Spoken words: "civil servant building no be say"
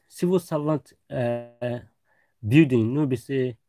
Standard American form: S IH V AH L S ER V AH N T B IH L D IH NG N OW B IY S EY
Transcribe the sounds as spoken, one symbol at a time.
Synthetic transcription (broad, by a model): S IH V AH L S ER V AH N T B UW D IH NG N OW B IY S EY